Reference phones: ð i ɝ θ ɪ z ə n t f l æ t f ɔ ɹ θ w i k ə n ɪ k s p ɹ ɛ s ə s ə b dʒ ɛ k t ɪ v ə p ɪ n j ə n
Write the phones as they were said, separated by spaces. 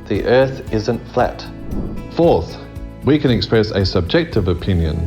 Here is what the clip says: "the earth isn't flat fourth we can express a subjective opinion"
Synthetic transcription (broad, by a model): ð i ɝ θ ɪ z ə n t f l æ t f ɔ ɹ θ w i k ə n ɪ k s p ɹ ɛ s ə s ə b dʒ ɛ k t ɪ v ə p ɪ n j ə n